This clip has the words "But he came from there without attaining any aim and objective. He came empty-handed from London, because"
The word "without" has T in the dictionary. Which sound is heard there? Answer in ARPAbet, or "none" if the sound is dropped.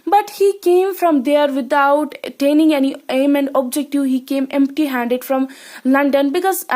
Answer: none